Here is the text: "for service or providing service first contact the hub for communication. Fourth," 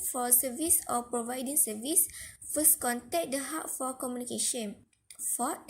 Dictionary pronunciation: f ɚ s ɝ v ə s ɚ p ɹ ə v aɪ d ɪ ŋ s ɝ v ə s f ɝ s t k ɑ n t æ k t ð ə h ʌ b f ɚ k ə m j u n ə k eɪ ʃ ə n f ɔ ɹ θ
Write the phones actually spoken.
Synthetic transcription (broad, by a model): f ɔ s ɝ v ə s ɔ p ɹ ə v aɪ d ɪ ŋ s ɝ v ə s f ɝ s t k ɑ n t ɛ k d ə h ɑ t f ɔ k ə m j u n ə k eɪ ʃ ə n f ɔ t